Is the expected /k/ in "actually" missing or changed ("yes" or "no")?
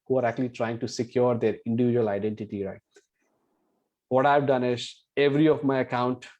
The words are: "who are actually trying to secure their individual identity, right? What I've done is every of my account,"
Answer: no